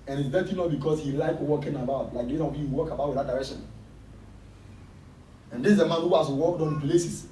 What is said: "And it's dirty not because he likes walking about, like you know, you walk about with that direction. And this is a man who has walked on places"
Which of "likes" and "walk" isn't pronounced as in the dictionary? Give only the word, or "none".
likes